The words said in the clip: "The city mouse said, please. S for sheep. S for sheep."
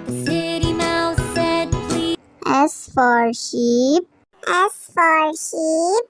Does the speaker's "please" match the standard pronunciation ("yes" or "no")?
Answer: no